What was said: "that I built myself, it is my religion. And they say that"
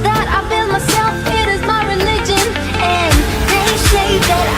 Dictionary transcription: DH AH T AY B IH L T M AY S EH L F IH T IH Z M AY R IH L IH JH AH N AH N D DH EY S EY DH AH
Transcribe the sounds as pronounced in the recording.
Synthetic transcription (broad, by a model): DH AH T AY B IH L M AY S EH L F IH T IH Z M AY R IH L IH JH AH N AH N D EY SH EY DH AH